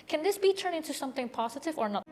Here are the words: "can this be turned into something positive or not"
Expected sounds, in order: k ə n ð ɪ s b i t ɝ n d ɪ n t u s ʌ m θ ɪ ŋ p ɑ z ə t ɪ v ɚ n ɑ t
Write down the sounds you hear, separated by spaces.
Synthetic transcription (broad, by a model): k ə n ð ɪ s b i t ɝ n ɪ n t u s ʌ m θ ɪ ŋ p ɑ z ə t ɪ v ɚ n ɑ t